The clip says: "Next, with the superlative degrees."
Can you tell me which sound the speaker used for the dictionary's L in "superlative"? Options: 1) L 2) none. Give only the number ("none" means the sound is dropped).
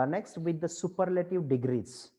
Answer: 1